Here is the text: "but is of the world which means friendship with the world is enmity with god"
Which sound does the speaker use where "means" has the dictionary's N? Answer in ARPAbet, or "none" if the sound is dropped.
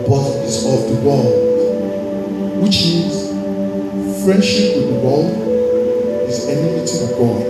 none